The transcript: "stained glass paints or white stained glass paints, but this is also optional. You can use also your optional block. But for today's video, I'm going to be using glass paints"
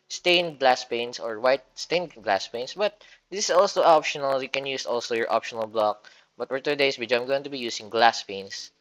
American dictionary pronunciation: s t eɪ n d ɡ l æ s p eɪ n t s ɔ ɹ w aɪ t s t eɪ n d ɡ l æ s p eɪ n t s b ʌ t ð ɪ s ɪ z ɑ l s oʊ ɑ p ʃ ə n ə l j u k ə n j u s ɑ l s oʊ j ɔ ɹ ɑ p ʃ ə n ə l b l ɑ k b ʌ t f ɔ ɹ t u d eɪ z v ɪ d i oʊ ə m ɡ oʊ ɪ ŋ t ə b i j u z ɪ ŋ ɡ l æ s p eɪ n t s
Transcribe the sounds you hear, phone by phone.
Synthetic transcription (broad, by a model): s t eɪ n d ɡ l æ s p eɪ n s ɔ ɹ w aɪ t s t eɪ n ɡ l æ s p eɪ n s b ʌ t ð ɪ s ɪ s ɑ l s oʊ ɑ p ʃ ə n ə l j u k ə n j u s ɑ l s oʊ j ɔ ɹ ɑ p ʃ ə n ə l b l ɑ k b ʌ t f ɔ ɹ t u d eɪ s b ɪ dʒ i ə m ɡ oʊ ɪ ŋ t ə b i j u s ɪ ŋ ɡ l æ s p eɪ n s